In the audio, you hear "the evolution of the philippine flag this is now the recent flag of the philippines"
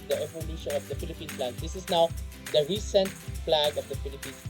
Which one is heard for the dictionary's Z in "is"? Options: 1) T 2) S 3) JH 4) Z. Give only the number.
2